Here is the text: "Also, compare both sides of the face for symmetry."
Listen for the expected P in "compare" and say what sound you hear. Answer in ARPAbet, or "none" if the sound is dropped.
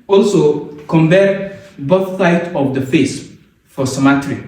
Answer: B